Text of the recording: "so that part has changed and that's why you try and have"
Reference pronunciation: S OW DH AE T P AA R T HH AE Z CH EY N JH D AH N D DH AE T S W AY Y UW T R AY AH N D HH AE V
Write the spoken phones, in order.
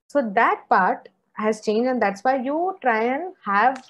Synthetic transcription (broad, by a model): S OW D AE T P AA R T HH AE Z CH EY N JH AH N D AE T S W AY Y UW T R AY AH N HH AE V